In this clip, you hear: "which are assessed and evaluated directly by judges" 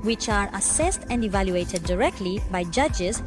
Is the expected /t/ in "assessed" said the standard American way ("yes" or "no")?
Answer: yes